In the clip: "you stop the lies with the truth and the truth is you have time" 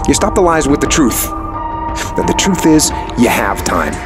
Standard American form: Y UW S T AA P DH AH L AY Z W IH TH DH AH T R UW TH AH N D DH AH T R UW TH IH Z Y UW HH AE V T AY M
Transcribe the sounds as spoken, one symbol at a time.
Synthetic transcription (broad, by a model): Y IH S T AA P DH AH L AY Z W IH DH AH T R UW TH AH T DH AH T R UW TH IH Z Y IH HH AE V T AY M